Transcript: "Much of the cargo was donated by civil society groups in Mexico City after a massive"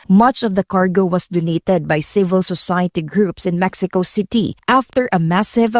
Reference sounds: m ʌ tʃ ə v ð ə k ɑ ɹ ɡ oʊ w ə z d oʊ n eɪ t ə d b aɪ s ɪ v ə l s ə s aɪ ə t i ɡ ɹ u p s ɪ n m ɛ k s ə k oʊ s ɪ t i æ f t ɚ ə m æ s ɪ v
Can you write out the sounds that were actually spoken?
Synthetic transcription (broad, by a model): m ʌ tʃ ə v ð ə k ɑ ɹ ɡ oʊ w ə s d oʊ n eɪ t ə d b aɪ s ɪ v ə l s ə s aɪ ə t i ɡ ɹ u p s ɪ n m ɛ k s ə k oʊ s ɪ t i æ f t ɚ ə m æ s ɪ v